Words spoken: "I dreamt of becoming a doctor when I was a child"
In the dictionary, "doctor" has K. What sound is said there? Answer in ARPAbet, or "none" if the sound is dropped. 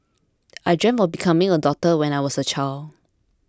none